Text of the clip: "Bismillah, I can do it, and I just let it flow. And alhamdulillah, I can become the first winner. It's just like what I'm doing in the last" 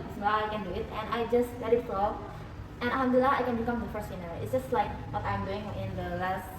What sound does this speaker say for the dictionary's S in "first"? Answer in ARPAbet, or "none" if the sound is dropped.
S